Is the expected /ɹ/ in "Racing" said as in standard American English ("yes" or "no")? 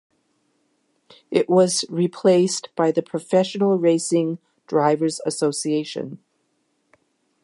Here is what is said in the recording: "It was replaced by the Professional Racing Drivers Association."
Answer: yes